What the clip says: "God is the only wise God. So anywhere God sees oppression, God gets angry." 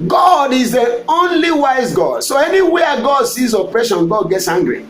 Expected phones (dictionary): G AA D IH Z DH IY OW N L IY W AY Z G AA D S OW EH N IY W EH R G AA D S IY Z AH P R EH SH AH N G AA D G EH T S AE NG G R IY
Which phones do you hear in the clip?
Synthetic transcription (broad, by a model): G AA D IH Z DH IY OW N L IY W AY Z G AA D S OW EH N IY W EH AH G AA D S IY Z AH P R EH SH AH N G AA D G EH T S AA NG G R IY